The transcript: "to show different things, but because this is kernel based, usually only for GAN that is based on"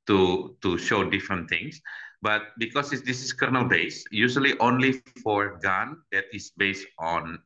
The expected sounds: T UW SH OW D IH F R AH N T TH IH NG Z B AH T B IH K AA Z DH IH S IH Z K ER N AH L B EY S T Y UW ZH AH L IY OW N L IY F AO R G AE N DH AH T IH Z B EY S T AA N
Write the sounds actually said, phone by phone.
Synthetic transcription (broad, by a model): T UW SH OW D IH F R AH N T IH NG S B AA T B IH K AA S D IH S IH S K ER N AH L B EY S Y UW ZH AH L IY OW N L IY F AO R G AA N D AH T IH S B EY S T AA N